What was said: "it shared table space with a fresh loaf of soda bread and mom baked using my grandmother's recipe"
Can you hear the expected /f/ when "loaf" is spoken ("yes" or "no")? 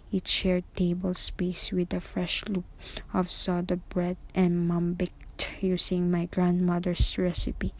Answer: no